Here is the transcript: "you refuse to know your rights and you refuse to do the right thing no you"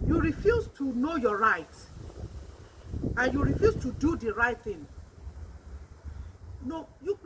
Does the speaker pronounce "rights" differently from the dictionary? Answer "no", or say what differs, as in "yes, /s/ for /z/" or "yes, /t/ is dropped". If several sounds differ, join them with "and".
yes, /s/ is dropped